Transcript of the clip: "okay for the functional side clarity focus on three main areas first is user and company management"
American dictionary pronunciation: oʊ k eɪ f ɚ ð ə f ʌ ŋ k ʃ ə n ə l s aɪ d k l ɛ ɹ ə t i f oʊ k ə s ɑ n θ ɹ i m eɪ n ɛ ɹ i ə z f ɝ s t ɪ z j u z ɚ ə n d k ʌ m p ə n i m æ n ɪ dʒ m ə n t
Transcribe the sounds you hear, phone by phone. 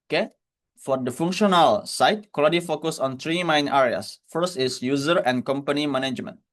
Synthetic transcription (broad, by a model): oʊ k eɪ f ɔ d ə f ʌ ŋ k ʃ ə n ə l s aɪ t k ɔ l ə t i f oʊ k ə s ɑ n t ɹ i m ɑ n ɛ ɹ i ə s f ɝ s t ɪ s j u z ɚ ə n k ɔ m p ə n i m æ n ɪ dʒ m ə n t